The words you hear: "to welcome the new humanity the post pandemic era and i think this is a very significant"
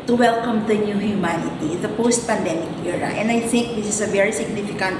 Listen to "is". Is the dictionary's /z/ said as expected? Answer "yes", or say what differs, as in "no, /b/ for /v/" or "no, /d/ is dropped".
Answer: no, /s/ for /z/